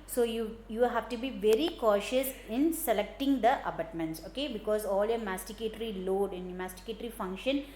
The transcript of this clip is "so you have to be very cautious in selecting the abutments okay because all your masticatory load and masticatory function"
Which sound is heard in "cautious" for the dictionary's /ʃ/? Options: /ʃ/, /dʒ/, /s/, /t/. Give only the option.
/ʃ/